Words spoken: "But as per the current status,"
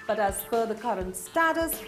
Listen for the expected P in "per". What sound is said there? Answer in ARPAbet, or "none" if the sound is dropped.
F